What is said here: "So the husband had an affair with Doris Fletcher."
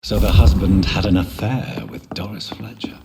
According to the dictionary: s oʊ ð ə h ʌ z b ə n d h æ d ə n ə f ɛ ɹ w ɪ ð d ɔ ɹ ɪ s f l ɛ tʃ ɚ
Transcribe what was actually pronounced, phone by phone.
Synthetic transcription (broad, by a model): s oʊ ð ə h ʌ z b ə n d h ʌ d ə n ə f ɛ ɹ w ɪ ð d ɔ ɹ ɪ s f l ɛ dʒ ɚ